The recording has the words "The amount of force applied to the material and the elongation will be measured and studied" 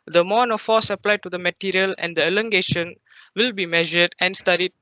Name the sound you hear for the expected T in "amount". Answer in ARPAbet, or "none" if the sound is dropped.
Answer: none